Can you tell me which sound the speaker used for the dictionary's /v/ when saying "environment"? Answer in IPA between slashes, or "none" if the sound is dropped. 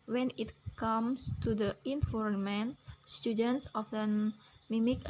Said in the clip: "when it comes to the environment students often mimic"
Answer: /f/